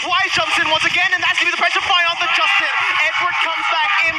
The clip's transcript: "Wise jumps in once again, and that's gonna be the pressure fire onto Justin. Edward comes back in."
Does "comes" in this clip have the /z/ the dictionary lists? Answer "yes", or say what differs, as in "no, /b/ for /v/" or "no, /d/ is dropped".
yes